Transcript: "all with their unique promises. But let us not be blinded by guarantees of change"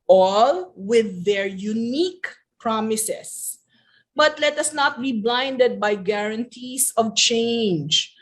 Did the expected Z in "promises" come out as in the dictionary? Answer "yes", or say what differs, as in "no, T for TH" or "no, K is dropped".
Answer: no, S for Z